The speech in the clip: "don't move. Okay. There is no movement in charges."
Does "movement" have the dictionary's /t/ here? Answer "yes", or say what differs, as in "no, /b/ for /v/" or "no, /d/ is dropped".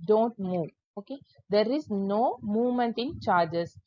yes